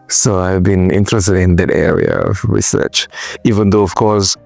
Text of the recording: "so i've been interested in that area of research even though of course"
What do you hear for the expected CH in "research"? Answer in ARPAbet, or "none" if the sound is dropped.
CH